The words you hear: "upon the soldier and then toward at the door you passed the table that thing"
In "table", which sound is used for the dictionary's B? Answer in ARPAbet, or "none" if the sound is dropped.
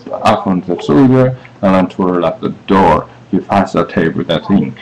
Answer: none